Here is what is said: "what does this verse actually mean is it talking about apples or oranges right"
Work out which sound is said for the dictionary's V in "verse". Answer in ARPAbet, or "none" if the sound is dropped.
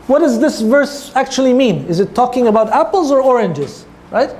V